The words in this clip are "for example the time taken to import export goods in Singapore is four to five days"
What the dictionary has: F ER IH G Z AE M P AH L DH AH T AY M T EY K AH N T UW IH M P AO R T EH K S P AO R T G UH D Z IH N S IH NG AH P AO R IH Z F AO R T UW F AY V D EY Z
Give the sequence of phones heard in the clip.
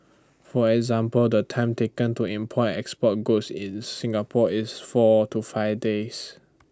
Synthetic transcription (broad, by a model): F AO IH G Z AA M P AH L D AH T AY M T EY K AH N T UW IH M P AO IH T EH K S P AO T G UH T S IH N S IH NG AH P AO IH S F AO T UW F AY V D EY S